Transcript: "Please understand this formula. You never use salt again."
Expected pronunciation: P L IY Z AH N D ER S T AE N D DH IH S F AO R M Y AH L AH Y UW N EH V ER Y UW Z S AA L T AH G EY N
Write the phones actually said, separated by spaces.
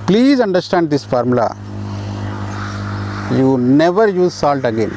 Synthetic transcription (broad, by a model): P L IY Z AH N D ER S T AE N D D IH S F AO R M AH L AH Y UW N EH V ER Y UW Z S AA L T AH G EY N